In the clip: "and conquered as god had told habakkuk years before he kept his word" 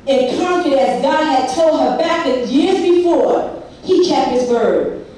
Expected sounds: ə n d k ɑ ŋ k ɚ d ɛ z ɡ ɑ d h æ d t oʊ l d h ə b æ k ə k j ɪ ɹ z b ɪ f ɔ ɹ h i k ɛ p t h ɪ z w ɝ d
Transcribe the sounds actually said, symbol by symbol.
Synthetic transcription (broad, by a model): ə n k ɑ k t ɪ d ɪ z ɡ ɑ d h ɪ d t oʊ l d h ə b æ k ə j ɪ ɹ z b ɪ f ɔ ɹ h i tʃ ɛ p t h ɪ z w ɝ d